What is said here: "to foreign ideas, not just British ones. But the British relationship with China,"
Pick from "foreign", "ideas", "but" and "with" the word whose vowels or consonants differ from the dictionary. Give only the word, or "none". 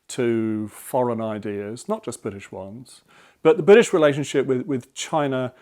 none